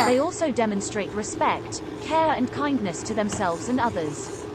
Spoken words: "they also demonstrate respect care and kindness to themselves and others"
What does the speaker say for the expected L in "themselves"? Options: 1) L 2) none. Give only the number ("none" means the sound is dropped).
1